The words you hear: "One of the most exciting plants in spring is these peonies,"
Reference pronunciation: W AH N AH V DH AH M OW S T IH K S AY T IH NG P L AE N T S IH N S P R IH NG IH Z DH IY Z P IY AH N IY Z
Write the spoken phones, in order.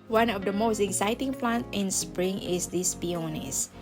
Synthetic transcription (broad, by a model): W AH N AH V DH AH M OW S T IH K S AY T IH NG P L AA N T IH N S P R IH NG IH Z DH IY S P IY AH N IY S